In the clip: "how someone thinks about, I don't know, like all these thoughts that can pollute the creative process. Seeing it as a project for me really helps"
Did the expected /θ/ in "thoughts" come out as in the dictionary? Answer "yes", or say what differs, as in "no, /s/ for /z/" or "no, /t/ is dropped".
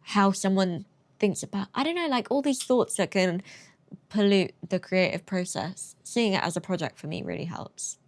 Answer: yes